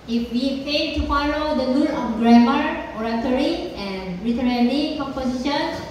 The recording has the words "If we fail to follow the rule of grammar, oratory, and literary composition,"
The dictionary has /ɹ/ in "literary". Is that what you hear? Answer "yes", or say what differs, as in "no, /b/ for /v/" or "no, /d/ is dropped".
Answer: no, /l/ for /ɹ/